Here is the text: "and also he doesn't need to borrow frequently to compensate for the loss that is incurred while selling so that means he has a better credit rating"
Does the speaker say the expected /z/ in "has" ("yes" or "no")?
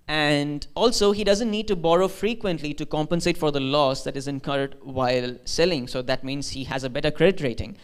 yes